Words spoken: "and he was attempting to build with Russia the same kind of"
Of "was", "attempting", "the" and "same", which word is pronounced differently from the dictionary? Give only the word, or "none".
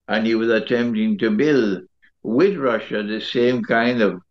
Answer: none